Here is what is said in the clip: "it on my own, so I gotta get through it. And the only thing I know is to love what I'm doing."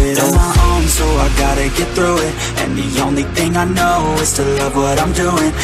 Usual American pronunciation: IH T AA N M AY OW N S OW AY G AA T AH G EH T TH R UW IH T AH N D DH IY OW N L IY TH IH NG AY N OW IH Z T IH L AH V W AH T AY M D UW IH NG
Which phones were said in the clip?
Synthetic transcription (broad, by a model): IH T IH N M AY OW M S OW AY G AA T AH G EH T TH R UW IH T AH N DH IY OW N L IY TH IH NG AY N OW IH Z T IH L AH V W AH T AY M D UW IH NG